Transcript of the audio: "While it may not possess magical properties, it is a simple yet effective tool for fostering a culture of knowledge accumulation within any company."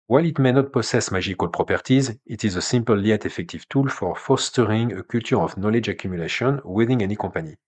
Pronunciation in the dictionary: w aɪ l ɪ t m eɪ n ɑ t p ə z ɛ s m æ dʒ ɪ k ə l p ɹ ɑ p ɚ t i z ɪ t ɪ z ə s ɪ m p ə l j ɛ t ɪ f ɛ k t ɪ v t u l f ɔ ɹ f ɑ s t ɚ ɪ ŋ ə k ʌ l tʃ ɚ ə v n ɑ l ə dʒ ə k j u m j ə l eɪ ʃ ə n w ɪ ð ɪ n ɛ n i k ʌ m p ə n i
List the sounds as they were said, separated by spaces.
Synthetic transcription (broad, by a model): w aɪ l ɪ t m eɪ n ɑ t p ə s ɛ s m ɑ ʒ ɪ k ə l p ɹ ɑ p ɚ t i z ɪ t ɪ z ə s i m p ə l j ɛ t ɪ f ɛ k t ɪ v t u l f ɔ ɹ f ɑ s t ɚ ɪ ŋ ə k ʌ l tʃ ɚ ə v n ɑ l ə dʒ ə k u m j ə l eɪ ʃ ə n w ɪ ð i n ɛ n i k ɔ p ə n i